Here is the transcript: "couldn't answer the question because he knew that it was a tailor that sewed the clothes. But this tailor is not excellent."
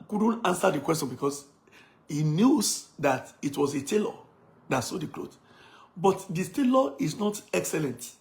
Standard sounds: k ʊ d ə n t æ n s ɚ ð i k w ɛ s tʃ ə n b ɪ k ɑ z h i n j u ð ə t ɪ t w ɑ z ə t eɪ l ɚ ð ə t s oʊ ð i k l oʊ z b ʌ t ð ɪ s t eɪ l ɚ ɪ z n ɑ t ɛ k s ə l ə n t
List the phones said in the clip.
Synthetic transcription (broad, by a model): k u d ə n t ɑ n s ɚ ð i k w ɛ s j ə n b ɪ k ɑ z h i n j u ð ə t ɪ t w ɑ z ə t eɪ l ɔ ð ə t s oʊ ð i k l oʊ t b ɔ t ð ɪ t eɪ l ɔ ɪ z n ɑ t ɛ k s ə l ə n t